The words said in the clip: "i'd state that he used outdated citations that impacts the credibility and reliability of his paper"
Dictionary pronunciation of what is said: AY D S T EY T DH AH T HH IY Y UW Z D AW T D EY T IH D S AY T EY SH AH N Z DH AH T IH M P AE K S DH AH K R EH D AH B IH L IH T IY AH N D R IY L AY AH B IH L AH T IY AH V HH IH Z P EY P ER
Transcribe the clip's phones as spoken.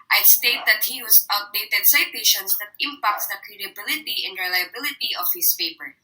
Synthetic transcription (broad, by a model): AY S T EY T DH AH T HH IY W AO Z AW T D EY T IH D S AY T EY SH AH N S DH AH T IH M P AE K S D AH K R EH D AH B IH L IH T IY AH N D R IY L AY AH B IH L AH T IY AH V HH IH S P EY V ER